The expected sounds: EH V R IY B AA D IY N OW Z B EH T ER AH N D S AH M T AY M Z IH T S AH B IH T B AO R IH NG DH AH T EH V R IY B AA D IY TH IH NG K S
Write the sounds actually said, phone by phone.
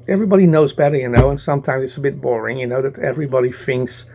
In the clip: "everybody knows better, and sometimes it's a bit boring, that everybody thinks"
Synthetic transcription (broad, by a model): EH V R IY B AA D IY N OW Z B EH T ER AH N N S AH M T AY M Z IH T S AH B IH T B AO R IH NG DH AH T EH V R IY B AA D IY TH IH NG K S